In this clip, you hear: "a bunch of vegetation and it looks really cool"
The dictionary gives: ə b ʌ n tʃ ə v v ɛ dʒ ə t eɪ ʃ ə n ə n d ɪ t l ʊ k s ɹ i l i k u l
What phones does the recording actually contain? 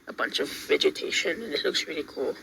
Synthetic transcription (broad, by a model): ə b ʌ n tʃ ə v v ɛ dʒ ə t eɪ ʃ ə n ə n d ɪ t l ʊ k s ɹ i l i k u l